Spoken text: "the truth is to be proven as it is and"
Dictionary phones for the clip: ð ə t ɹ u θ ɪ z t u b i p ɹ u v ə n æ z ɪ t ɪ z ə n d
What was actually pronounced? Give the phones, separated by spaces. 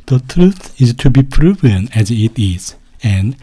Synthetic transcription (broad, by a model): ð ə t ɹ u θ ɪ z t u b i p ɹ u v ə n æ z ɪ t ɪ z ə n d